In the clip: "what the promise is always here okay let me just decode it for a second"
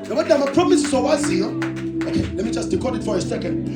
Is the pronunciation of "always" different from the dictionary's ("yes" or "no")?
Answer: yes